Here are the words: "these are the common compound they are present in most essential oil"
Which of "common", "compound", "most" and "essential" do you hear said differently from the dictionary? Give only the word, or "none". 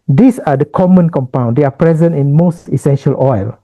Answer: none